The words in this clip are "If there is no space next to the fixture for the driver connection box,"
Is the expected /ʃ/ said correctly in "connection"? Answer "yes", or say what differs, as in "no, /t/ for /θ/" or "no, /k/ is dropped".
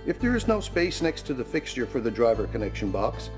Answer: yes